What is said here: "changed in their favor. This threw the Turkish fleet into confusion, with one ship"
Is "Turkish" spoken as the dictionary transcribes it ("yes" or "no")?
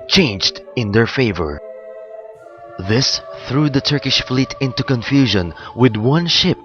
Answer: yes